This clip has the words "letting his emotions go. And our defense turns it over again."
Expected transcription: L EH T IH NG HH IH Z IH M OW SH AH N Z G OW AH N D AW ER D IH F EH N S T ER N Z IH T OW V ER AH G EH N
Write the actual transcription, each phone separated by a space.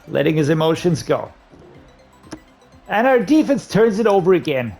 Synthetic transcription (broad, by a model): L EH T IH NG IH Z IH M OW SH AH N Z G OW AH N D AW ER D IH F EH N S T ER N Z IH T OW V ER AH G EH N